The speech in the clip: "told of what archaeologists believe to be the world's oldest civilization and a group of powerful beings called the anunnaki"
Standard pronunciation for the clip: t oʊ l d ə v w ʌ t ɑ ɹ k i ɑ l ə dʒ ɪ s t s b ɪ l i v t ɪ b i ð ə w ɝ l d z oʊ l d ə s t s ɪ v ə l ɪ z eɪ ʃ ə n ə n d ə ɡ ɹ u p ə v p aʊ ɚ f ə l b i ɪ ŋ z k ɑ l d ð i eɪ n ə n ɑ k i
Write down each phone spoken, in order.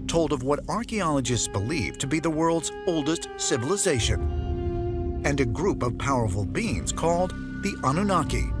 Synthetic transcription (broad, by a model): t oʊ l d ə v w ʌ t ɑ ɹ k i ɑ l ə dʒ ɪ s t s b ɪ l i v t ɪ b i ð ə w ɝ l d z oʊ l d ə s t s ɪ v ə l ɪ z eɪ ʃ ə n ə n ə ɡ ɹ u p ə v p aʊ ɚ f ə l b i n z k ɑ l d ð i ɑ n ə n ɑ k i